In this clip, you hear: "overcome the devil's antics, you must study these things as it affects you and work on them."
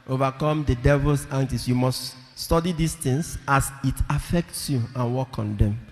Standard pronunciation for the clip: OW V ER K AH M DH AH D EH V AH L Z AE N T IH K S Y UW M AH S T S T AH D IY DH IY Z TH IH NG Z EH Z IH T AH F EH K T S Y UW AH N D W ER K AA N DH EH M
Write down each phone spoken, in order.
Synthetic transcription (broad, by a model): OW V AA K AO M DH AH D EH V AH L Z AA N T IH S Y UW M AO S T S T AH D IY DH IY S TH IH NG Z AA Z IH T AH F EH K T S Y UW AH N W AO K AA N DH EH M